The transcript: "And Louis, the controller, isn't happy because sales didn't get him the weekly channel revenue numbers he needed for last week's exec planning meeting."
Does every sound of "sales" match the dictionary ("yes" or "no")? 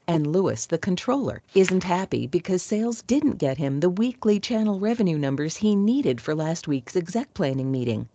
yes